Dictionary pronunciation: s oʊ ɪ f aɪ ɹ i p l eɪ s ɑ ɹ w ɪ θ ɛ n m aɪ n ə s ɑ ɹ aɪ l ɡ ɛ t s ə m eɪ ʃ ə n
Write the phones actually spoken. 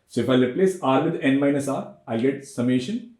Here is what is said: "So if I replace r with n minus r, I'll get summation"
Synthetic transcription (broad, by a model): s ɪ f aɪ l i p l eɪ s ɑ ɹ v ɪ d ɛ n m aɪ n ə s ɑ ɹ aɪ l ɡ ɛ t s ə m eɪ ʃ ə n